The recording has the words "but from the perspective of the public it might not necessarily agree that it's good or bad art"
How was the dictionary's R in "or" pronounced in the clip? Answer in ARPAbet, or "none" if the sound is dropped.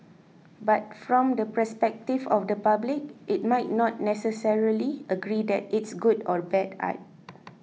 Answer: R